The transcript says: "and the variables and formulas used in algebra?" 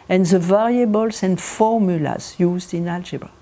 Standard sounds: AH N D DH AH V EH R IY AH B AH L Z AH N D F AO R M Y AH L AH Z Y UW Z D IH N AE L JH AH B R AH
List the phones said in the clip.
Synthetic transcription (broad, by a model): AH N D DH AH V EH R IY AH B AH L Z AH N D F AO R M Y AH L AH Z Y UW Z D IH N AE L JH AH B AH